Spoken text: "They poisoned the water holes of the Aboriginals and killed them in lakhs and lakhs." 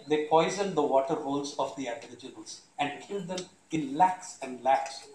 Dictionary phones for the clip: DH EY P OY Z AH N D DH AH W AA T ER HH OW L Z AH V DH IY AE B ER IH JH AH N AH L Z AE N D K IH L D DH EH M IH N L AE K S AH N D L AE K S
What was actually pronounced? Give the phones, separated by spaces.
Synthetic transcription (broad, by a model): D EY P OY Z AH N D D AH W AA T ER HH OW L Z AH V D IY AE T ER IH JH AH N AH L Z AE N D K IH L D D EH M IH N L AE K S AH N D L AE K S